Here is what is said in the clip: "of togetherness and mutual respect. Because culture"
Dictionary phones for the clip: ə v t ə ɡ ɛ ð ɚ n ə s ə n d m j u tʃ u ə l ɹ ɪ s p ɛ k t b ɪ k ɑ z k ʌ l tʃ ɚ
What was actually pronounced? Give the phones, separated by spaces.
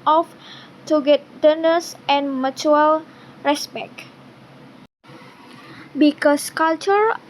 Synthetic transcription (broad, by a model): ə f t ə ɡ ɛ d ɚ n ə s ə n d m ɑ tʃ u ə l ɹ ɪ s p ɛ k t b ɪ k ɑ s k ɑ l tʃ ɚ